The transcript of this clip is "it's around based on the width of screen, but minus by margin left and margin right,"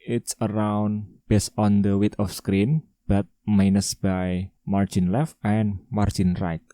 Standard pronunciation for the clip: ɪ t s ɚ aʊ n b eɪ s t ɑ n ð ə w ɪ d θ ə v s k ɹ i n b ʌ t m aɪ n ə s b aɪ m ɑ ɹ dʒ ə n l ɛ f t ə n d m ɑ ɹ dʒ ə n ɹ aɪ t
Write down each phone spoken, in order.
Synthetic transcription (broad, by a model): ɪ t s ɚ aʊ n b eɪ s ɑ n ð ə w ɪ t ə f s k ɹ i n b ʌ t m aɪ n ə s b aɪ m ɑ ɹ dʒ ə n l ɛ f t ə n m ɑ ɹ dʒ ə n ɹ aɪ t